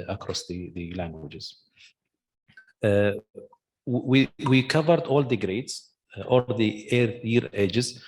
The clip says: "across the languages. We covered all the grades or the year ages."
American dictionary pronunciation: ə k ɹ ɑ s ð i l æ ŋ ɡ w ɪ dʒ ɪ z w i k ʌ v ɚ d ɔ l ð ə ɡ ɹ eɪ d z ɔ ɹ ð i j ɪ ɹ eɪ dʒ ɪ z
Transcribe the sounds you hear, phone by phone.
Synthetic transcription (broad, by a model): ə k ɹ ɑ s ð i l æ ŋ ɡ w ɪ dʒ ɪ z w i k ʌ v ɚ d ɔ l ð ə ɡ ɹ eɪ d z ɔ l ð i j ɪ ɹ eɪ dʒ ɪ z